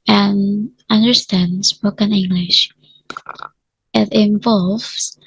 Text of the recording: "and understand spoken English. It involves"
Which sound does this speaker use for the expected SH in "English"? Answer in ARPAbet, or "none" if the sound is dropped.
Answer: SH